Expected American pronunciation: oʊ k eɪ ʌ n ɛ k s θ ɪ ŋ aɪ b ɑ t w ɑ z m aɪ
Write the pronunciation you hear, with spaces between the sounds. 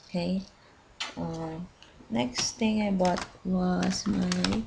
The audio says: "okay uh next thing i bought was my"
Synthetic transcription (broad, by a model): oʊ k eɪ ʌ n ɛ k s t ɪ ŋ aɪ b ɑ t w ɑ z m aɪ